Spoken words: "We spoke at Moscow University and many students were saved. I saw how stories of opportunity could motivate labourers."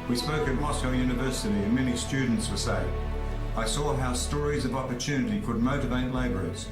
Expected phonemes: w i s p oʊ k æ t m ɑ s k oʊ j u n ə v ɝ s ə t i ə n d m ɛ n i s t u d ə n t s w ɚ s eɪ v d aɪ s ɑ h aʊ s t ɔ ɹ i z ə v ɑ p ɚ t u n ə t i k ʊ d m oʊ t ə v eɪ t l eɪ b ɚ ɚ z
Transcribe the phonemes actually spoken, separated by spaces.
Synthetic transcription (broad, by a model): w i s p oʊ k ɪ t m ɑ s k oʊ j u n ə v ɝ s ə t i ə n m ɛ n i s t u d n t s w ɚ s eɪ aɪ s ɑ h aʊ s t ɔ ɹ i z ə v ɑ p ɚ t u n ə t i k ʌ d m oʊ t ə v eɪ t l eɪ b ɚ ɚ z